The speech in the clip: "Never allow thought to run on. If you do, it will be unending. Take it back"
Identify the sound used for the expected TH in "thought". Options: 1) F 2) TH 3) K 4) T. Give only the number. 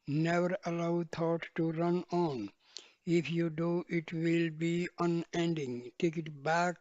4